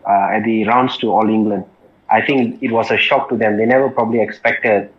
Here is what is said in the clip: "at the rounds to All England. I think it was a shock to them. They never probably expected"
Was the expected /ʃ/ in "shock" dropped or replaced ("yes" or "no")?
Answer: no